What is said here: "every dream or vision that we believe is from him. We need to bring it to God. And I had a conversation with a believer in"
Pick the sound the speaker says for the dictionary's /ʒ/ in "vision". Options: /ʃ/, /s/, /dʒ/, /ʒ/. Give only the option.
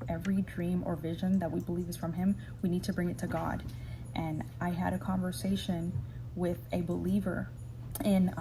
/ʒ/